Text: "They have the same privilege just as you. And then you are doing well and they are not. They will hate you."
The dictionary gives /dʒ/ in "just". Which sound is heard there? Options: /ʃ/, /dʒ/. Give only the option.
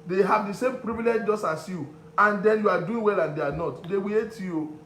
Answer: /dʒ/